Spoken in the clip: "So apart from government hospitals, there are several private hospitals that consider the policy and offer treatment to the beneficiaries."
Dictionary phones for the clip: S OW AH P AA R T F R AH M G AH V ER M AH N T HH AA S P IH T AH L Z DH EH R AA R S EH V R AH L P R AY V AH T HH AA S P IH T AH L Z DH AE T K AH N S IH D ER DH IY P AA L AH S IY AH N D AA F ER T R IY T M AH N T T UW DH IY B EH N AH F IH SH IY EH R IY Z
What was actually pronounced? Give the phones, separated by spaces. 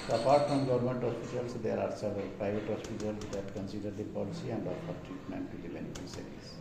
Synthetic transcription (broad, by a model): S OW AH P AA R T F R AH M G AH V ER M AH N T HH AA S P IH T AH L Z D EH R AA R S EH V AH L P R AY V AH T HH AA S P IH T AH L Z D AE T K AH N S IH D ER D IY P AA L AH S IY AH N D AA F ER T R IY T M AH N T T UW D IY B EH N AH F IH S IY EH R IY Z